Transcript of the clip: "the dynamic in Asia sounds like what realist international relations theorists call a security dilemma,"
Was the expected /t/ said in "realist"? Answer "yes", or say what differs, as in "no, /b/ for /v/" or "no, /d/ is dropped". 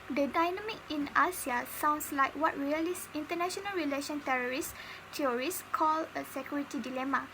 no, /t/ is dropped